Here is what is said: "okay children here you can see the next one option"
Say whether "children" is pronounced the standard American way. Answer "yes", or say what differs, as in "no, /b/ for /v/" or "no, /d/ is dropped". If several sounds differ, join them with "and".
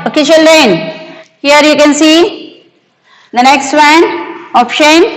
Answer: no, /ʃ/ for /tʃ/ and /ɹ/ is dropped